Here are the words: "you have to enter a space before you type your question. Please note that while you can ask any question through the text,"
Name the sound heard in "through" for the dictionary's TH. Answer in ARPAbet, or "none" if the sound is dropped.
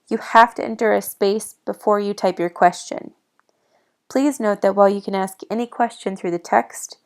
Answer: TH